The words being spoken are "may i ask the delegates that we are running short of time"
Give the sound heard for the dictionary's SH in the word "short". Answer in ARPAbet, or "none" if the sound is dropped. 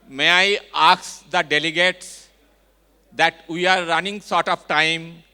S